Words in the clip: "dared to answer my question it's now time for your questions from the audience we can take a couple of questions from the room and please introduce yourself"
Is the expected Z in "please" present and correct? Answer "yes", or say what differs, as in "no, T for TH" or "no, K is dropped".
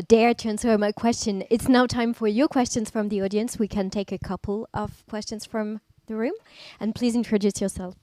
yes